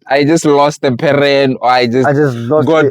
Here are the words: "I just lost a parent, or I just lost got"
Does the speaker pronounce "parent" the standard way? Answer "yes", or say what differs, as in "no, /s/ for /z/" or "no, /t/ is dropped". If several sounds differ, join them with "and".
no, /t/ is dropped